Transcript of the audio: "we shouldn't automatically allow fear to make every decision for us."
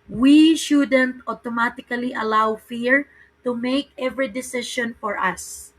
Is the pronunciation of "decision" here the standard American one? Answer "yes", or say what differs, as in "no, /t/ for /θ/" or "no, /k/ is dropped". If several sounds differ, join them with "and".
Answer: no, /ʃ/ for /ʒ/